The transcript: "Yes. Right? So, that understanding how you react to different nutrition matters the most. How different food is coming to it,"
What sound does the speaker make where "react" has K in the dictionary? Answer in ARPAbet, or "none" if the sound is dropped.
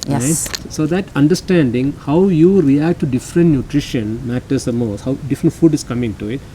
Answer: K